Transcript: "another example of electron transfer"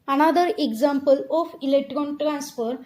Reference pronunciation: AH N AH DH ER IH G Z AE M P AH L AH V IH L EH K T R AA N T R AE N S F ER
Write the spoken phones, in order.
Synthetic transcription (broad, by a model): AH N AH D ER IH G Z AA M P AH L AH F IH L EH K T R AA N T R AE N S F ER